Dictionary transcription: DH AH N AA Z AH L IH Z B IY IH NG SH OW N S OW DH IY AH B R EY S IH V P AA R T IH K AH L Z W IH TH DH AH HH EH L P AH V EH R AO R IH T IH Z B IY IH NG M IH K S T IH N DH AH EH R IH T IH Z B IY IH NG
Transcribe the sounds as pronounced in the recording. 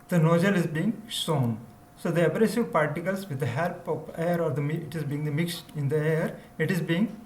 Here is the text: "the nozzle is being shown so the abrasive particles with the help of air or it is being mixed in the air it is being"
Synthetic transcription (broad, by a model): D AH N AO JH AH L IH Z B IY IH NG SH OW N S OW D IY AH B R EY S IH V P AA R T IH K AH L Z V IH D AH HH EH L P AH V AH R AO R IH T IH Z B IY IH NG M IH K S T IH N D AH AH R IH T IH Z B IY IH NG